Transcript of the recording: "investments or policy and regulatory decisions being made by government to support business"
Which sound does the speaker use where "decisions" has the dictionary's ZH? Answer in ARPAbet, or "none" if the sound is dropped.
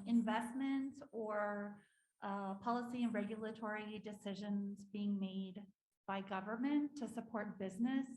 ZH